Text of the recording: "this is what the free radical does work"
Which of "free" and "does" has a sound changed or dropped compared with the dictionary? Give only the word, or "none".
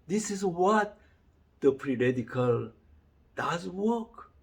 free